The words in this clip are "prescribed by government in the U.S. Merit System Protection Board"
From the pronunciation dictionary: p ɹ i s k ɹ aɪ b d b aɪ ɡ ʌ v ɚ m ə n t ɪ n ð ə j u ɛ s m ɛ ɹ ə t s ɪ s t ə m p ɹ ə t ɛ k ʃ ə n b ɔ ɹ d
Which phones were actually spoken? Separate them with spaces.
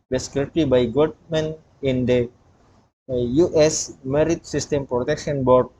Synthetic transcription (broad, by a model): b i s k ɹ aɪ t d b aɪ ɡ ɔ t m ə n ɪ n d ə j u ɛ s m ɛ ɹ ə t s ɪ s t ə m p ɹ ə t ɛ k ʃ ə n b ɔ ɹ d